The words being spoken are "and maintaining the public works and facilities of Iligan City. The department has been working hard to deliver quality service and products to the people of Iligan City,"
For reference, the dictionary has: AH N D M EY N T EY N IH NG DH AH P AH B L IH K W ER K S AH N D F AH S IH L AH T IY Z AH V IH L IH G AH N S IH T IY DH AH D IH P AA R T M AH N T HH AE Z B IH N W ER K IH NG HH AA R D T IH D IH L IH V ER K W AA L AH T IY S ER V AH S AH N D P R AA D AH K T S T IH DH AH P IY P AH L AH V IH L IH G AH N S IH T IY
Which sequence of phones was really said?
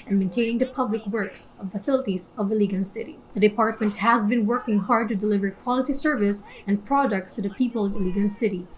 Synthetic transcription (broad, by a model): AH N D M EY N T EY N IH NG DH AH P AH B L IH K W ER K S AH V F AH S IH L AH T IY Z AH V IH L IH G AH N S IH T IY DH AH D IH P AA R T M AH N T HH AE Z B IH N W ER K IH NG HH AA R D T IH D IH L IH V ER K W AA L AH T IY S ER V AH S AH N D P R AA D AH K T S T IH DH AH P IY P AH L AH V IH L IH G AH N S IH T IY